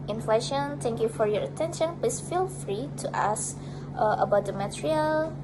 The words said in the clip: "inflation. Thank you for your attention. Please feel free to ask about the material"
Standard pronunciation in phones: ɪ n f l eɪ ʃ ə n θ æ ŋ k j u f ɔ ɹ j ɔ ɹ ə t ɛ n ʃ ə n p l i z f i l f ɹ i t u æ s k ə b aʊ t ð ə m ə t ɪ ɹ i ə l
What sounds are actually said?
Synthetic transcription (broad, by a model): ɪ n f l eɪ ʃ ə n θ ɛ ŋ k j u f ɔ ɹ j ɔ ɹ ə t ɛ n ʃ ə n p l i s f i l f ɹ i t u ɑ s ə b aʊ t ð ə m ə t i ɹ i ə l